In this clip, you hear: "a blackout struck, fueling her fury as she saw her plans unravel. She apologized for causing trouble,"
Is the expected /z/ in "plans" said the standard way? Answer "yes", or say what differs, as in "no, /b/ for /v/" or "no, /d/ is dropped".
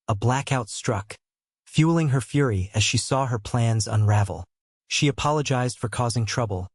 yes